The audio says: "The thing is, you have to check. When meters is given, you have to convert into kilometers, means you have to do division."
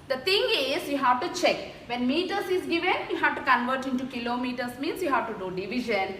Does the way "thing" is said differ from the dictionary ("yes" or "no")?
yes